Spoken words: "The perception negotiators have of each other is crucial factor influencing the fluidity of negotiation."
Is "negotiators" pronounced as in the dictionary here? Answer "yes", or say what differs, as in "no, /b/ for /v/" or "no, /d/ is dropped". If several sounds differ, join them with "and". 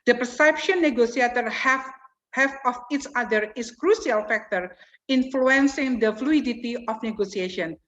no, /s/ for /ʃ/